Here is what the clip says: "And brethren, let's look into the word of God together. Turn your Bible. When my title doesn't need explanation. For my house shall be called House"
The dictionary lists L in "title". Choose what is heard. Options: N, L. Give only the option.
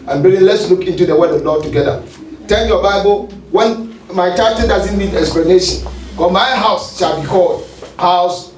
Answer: N